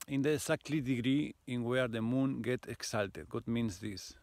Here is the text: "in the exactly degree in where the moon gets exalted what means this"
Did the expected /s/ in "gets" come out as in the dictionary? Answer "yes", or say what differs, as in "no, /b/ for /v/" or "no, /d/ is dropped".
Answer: no, /s/ is dropped